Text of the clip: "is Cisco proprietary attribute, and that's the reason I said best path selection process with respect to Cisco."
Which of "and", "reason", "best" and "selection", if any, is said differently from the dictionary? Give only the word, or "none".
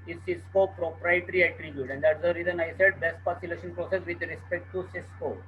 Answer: selection